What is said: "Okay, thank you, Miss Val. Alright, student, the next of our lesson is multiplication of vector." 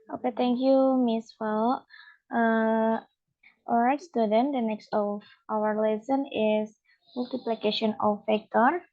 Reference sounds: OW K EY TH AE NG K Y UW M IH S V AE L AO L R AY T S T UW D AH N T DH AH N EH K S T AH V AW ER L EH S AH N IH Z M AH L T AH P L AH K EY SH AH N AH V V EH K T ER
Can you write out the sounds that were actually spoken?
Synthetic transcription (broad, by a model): OW K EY T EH NG K Y UW M IH S F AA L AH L R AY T S T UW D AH N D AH N EH K S T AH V AW ER L EH S AH N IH S M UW L T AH P L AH K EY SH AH N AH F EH K T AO